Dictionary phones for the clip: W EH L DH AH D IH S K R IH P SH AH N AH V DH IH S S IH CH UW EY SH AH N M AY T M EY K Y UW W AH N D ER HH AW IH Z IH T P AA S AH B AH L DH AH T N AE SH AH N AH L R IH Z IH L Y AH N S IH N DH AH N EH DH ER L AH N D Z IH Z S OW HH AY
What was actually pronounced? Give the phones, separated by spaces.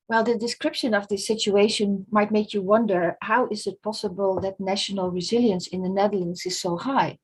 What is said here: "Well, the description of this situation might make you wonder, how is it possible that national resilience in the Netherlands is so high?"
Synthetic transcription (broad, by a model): W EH L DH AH D IH S K R IH P SH AH N AH V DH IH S S IH CH UW EY SH AH N M AY T M EY K Y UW W AH N D ER HH AW IH Z IH T P AA S AH B AH L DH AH T N AE SH AH N AH L R IH Z IH L Y AH N S IH N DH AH N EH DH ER L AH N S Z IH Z S OW HH AY